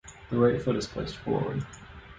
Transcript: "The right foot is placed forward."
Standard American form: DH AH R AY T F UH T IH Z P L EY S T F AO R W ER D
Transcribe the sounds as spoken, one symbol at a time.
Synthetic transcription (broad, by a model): DH AH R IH T F UH T IH Z P L EY S T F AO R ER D